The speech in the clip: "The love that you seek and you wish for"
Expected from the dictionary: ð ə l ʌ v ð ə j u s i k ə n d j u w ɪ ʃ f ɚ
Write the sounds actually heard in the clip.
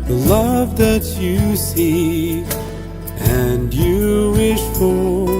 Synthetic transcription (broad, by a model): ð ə l ʌ v ð ə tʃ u s i ə n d j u w ɪ ʃ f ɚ